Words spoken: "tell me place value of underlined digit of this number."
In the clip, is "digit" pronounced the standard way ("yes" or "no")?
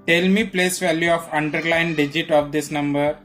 yes